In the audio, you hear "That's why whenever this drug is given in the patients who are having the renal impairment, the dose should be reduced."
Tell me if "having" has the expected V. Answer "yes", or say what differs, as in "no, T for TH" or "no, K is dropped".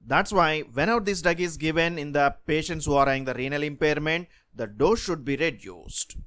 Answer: no, V is dropped